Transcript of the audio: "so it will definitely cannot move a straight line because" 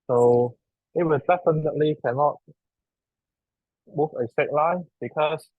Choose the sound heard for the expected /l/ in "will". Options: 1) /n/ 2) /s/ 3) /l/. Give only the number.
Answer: 1